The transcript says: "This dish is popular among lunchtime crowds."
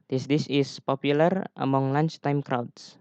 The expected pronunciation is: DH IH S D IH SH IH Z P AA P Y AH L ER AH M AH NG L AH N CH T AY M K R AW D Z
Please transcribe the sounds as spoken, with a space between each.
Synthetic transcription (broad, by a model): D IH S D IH S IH S P AA P Y AH L ER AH M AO NG L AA N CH T AY M K R AW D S